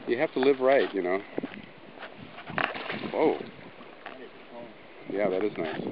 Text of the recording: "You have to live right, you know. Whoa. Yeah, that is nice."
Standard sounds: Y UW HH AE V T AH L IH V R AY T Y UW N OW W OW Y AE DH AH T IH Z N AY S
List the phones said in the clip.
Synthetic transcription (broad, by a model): Y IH HH AE F T AH L IH V R AY T Y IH N OW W OW Y AE DH AH T IH Z N AY S